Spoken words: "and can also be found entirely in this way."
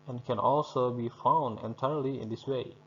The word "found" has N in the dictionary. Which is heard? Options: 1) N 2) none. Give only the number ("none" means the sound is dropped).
1